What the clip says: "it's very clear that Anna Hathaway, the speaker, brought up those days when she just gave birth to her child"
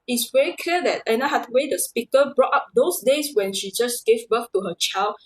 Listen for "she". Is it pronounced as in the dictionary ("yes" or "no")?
yes